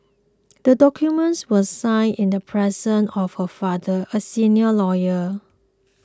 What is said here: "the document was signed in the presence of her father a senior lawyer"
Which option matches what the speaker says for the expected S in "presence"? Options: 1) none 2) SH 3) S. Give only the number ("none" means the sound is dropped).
1